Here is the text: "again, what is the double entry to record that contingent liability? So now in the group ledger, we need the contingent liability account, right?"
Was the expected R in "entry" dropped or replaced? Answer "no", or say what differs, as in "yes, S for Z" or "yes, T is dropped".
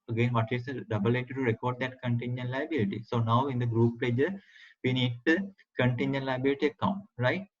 yes, R is dropped